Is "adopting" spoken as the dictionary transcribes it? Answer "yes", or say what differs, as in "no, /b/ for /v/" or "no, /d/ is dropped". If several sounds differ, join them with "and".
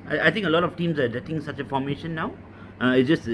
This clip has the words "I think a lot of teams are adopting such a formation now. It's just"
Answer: no, /p/ is dropped